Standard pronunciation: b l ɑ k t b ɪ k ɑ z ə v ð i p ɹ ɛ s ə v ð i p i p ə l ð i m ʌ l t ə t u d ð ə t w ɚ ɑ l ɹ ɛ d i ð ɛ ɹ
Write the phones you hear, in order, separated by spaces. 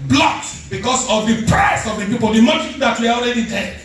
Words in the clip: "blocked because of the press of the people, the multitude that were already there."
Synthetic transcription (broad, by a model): b l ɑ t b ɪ k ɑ s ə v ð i p ɹ ɛ s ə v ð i p i p ə l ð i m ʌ t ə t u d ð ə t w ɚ ɑ l ɹ ɛ d i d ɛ